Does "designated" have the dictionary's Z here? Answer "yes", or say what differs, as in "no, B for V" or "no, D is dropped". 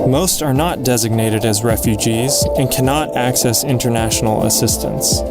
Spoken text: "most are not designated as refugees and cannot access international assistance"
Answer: yes